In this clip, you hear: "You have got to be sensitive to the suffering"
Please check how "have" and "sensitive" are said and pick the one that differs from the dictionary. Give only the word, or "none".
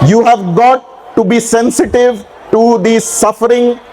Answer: none